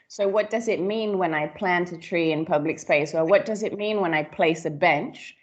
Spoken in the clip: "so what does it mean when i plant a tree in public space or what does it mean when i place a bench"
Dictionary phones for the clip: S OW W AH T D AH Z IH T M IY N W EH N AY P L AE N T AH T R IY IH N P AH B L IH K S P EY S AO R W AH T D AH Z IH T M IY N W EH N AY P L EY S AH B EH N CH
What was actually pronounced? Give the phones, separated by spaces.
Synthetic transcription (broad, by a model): S OW W AH T D AH Z IH T M IY N W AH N AY P L AE N T AH T R IY IH N P AH B L IH K S P EY S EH L W AH T D AH Z IH T M IY N W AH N AY P L EY S AH B EH N CH